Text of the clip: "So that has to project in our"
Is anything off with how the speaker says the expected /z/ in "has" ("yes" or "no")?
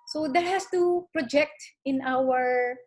yes